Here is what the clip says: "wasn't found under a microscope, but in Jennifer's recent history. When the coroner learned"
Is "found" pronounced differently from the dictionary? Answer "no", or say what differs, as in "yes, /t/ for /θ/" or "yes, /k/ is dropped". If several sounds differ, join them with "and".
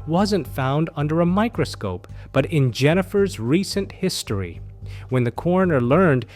no